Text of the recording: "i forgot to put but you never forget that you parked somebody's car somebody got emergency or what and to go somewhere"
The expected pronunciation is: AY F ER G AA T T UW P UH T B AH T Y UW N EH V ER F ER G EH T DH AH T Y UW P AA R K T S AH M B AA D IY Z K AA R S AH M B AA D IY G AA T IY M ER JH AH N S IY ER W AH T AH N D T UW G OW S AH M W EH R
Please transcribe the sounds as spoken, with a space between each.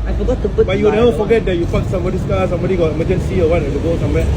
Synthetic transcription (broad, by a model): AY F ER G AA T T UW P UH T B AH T Y UW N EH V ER F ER G EH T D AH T Y UW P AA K S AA M B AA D IY S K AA S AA M B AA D IY G AA T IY M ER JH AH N S IY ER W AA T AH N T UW G OW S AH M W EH